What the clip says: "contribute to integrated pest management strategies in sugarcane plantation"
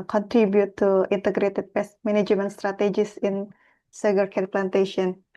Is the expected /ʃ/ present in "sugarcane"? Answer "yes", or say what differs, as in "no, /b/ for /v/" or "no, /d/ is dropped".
no, /s/ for /ʃ/